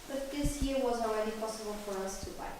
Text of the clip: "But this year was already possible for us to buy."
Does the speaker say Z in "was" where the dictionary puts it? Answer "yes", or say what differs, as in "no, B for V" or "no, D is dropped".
yes